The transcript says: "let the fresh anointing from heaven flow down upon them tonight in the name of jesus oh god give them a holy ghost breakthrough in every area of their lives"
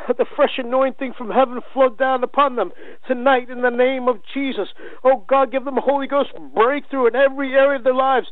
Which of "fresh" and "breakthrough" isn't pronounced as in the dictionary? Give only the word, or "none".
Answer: none